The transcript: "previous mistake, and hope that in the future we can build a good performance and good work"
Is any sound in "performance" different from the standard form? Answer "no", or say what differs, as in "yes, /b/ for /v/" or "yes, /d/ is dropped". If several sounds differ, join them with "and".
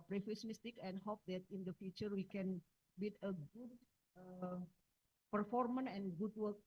yes, /s/ is dropped